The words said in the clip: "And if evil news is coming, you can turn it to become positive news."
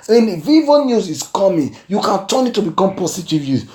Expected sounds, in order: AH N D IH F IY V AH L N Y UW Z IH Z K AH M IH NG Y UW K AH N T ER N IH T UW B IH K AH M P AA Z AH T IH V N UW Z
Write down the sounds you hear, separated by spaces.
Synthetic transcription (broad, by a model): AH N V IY V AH N Y UW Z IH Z K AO M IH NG Y UW K AH N T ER N IH T UW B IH K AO M P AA S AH T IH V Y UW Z